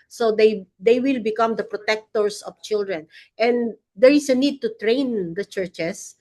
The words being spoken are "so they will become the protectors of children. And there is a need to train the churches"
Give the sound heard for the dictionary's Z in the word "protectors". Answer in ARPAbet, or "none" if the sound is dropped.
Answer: S